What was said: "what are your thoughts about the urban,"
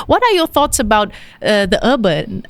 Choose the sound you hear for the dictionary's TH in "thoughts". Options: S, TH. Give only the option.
TH